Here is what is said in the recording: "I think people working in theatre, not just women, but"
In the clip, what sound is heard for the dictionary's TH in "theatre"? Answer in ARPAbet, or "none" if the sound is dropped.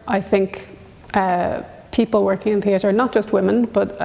TH